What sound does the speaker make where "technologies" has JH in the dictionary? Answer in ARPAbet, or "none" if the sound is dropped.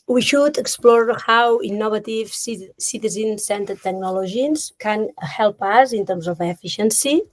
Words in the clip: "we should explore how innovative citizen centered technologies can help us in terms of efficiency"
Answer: ZH